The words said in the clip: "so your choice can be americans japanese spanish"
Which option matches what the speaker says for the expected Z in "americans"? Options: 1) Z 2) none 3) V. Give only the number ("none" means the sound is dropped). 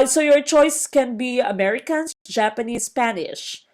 2